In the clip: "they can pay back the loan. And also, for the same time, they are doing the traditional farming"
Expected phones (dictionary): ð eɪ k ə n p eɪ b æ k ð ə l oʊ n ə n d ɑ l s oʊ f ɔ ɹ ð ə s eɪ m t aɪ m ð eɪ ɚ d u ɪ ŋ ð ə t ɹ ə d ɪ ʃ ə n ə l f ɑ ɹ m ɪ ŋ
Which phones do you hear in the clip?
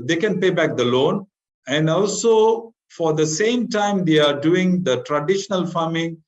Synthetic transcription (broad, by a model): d eɪ k ə n p eɪ b æ k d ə l oʊ n ə n d ɑ l s oʊ f ɔ ɹ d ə s eɪ m t aɪ m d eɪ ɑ d u ɪ ŋ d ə t ɹ ə d ɪ ʃ ə n ə l f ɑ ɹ m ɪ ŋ